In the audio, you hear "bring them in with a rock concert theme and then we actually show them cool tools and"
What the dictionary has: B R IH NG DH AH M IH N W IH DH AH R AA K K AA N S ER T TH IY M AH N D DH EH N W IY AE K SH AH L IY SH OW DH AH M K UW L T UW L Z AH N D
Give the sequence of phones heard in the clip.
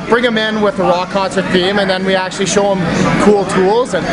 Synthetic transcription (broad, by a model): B R IH NG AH M IH N W IH DH AH R AA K K AA N S ER T F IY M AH N DH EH N W IY AE K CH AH L IY SH OW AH M K UW L T UW L Z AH N